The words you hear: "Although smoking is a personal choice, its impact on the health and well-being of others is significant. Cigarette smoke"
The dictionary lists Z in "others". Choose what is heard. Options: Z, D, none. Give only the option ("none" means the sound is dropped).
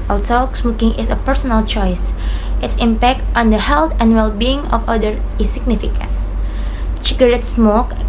none